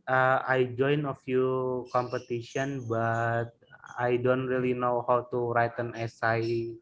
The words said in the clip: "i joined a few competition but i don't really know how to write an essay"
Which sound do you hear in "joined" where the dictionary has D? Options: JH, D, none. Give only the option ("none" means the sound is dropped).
none